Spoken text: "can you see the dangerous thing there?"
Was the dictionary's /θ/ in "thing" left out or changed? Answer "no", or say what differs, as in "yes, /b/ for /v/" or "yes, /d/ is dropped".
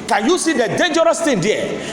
yes, /t/ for /θ/